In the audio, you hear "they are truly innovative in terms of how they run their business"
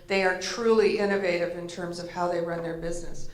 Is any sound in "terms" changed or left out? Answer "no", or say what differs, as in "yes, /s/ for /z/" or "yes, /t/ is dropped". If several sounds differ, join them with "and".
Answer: no